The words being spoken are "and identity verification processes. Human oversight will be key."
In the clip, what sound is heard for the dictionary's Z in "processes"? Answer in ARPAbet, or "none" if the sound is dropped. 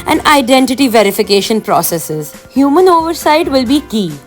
Z